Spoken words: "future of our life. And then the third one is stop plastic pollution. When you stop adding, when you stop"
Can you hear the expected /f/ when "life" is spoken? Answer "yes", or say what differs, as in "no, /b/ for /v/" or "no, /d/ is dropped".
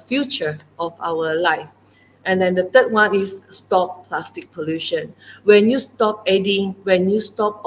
yes